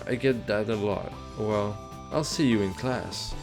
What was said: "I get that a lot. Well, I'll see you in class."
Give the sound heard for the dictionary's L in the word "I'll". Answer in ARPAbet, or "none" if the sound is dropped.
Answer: L